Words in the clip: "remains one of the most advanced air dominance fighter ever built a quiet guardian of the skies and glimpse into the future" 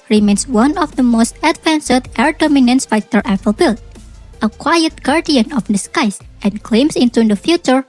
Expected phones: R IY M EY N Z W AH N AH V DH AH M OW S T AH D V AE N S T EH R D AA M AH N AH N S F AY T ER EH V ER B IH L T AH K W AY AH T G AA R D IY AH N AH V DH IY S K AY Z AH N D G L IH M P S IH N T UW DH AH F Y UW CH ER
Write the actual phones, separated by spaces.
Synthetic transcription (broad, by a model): R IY M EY N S W AH N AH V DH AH M OW S T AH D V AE N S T EH R D AA M AH N AH N S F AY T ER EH P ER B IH L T AH K W AY AH T G AA R D IY AH N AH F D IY S K AY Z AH N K L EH M S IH N T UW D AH F Y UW CH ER